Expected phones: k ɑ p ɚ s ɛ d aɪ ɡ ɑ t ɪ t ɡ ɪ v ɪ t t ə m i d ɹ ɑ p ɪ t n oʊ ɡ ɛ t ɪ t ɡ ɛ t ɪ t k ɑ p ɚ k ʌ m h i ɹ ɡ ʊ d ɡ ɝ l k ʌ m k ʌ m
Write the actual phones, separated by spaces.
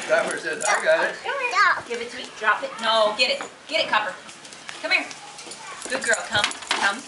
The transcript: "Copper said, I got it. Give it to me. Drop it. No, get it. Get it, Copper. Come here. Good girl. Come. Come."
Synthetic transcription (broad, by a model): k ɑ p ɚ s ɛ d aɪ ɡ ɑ ɪ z ɡ ɪ v ɪ t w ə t d ɹ ɑ p ɪ t n oʊ ɡ ɛ t ɪ t ɡ ɛ t ɪ t k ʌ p ɚ k ʌ m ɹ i ɡ ʊ d ɡ ɝ l k ʌ m k ʌ m